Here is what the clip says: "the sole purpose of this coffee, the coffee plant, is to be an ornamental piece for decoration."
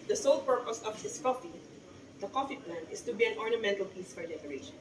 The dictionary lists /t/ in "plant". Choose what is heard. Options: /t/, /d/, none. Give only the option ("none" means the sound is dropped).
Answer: none